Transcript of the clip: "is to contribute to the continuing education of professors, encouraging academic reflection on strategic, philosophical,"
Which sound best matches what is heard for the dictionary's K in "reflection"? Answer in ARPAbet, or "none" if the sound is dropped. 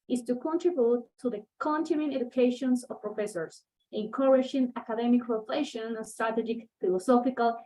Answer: none